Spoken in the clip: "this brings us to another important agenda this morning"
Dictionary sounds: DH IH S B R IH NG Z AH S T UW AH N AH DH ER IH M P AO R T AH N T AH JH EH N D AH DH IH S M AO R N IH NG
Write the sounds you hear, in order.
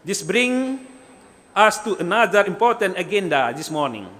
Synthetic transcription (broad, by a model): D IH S B R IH NG AA S T UW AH N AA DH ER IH M P AO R T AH N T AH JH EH N D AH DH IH S M AO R N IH NG